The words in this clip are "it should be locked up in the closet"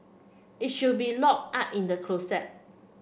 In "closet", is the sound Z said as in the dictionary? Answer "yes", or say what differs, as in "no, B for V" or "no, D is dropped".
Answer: no, S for Z